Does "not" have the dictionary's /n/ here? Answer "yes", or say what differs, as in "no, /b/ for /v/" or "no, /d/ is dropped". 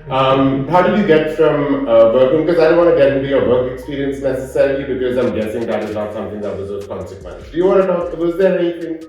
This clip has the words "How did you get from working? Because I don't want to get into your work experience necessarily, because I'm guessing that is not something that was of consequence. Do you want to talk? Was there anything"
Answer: no, /l/ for /n/